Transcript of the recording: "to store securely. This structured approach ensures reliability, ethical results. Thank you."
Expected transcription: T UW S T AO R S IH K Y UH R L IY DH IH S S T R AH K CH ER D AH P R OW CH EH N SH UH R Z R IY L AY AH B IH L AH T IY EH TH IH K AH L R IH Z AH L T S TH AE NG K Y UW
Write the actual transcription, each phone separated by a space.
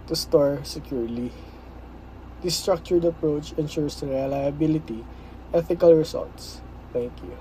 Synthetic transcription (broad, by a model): T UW S T AO R S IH K Y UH R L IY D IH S S T R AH K CH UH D AH P R OW CH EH N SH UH R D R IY L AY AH B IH L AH T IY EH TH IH K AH L R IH S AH L T S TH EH NG K Y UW